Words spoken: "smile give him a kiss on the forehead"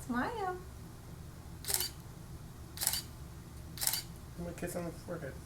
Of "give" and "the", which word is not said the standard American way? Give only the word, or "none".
give